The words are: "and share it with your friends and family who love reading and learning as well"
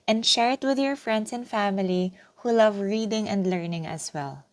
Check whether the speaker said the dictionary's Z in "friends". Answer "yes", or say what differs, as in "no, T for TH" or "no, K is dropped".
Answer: no, S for Z